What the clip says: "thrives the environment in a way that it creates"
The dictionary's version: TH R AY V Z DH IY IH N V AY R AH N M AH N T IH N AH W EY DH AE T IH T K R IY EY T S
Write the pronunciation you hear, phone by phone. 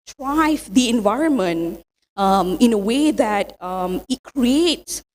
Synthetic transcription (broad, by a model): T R AY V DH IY IH N V AY R AH N M AH N T IH N AH W EY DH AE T IH T K R IY EY T S